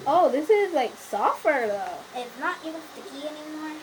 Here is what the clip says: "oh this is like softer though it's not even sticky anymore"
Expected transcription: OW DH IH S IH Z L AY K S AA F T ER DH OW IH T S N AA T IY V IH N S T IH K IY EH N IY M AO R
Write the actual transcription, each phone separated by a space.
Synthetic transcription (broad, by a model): OW DH IH S IH Z L AY K S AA F T ER DH OW IH T S N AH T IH IH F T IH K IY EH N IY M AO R